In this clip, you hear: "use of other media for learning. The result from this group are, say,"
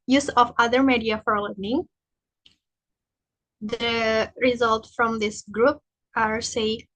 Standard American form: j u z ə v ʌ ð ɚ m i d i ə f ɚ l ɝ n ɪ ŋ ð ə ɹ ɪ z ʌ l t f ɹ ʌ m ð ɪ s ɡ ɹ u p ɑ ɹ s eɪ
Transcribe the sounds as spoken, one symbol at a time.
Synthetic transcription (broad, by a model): j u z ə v ʌ ð ɚ m i d i ə f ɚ l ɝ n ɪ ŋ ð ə ɹ ɪ z ʌ l t f ɹ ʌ m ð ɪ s ɡ ɹ u p ɑ ɹ s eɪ